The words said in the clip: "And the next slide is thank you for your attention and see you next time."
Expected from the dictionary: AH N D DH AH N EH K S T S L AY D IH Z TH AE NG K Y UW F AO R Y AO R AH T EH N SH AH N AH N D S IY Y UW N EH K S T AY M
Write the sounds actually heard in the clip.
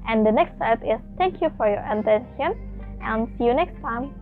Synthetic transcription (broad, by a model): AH N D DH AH N EH K S T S AY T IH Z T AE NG K Y UW F AO R Y AO R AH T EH N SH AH N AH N S IY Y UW N EH K S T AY M